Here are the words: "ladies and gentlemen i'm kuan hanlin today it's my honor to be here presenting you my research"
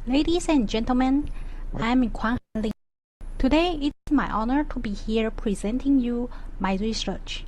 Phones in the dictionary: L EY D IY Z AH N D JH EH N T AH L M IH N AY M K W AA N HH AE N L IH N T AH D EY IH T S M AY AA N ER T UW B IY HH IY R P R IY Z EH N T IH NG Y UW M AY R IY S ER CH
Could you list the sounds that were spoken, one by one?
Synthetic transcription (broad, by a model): L EY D IY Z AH N JH EH N T AH L M IH N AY M K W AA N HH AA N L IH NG T AH D EY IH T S M AY AA N ER T UW B IY HH IY R P R IY Z EH N T IH NG Y UW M AY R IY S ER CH